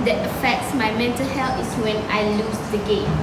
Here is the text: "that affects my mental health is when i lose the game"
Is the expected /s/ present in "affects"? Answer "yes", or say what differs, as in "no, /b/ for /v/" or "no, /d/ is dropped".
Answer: yes